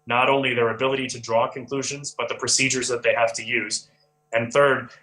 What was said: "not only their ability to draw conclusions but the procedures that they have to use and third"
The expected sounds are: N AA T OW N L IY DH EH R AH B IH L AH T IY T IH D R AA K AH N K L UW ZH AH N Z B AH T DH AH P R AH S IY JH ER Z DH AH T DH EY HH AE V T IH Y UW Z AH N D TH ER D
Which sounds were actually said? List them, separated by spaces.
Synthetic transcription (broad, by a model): N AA T OW N L IY DH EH R AH B IH L AH T IY T IH D R AA K AH N K L UW ZH AH N Z B AH T DH AH P R AH S IY JH ER Z DH AH T DH EY HH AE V T IH Y UW Z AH N TH ER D